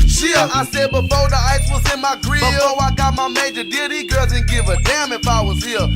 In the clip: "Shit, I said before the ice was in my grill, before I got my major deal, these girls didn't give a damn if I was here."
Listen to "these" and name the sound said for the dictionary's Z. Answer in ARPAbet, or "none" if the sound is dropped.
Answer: none